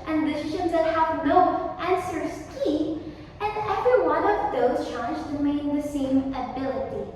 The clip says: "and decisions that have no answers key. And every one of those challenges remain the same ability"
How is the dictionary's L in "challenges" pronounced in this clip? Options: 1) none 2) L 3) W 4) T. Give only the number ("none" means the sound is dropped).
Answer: 1